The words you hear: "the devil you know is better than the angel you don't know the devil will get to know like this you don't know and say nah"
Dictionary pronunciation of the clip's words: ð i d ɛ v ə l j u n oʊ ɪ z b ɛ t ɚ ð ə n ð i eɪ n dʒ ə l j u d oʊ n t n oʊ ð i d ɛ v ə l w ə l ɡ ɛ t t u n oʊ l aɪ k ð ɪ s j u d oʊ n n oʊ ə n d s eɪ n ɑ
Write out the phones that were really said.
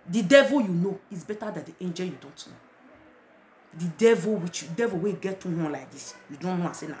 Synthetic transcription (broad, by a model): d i d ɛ v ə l j u n oʊ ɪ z b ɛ t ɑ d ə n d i eɪ n dʒ ə l j u d oʊ n t n oʊ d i d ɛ v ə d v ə w ɡ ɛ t t u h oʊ l aɪ k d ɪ s j u d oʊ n n oʊ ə s eɪ n ɑ